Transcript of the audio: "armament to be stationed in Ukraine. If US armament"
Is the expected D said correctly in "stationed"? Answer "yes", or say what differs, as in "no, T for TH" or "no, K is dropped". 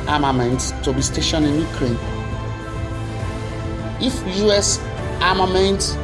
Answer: no, D is dropped